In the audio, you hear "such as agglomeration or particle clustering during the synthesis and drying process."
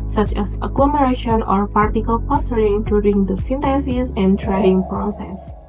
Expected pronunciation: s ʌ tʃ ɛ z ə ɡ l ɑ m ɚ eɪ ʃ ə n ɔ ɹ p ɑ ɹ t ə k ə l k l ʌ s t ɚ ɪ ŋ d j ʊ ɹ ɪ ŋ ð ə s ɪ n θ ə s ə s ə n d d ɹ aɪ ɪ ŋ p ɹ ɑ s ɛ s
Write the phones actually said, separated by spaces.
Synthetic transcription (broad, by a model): s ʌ tʃ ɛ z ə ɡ l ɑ m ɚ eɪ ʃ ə n ɔ ɹ p ɑ ɹ t ə k ə l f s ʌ t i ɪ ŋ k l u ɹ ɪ ŋ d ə s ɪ n t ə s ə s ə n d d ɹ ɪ ŋ p ɹ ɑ s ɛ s